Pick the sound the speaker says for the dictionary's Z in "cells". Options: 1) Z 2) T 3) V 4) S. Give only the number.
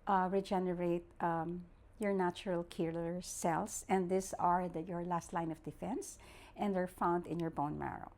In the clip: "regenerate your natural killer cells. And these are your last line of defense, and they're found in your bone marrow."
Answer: 4